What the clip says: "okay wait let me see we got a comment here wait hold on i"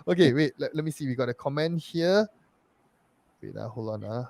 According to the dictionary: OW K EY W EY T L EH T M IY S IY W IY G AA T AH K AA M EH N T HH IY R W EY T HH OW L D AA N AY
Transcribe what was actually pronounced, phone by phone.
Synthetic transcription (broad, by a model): OW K EY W EY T L EH T M IY S IY W IY G AA T AH K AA M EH N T HH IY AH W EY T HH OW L AA N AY